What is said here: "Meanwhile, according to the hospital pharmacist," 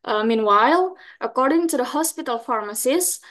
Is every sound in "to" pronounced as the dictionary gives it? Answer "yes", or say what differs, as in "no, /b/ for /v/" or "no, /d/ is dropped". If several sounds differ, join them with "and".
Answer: yes